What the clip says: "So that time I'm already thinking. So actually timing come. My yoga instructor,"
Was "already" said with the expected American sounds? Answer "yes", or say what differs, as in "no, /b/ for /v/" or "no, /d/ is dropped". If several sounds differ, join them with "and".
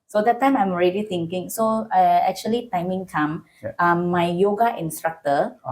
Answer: yes